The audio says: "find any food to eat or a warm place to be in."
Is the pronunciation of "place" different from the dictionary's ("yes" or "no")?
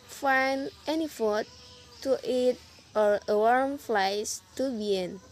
yes